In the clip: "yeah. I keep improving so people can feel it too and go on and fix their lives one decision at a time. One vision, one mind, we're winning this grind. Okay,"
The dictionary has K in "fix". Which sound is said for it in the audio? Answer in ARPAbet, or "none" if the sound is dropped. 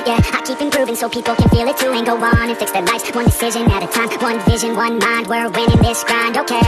K